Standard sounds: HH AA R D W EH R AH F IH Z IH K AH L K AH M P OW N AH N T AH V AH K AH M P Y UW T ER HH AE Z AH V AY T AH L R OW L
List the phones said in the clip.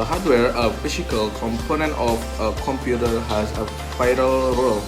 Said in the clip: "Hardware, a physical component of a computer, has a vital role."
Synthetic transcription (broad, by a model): HH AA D W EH R AH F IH S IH K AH L K AH M P OW N AH N T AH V AH K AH M P Y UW T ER HH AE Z AH F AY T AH L R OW L